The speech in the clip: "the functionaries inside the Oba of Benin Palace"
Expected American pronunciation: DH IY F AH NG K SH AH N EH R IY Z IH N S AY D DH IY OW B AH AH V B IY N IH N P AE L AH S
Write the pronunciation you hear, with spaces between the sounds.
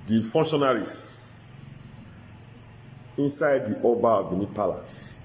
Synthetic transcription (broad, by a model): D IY F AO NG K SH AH N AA R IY S IH N S AY D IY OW B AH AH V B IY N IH P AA L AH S